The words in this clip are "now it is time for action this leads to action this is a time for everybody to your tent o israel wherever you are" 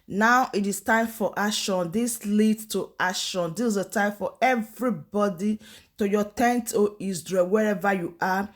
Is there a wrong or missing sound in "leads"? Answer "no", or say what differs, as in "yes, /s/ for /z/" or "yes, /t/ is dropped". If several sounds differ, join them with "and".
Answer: yes, /z/ is dropped